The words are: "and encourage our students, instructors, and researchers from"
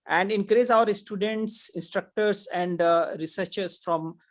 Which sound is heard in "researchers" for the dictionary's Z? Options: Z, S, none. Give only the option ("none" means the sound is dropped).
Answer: S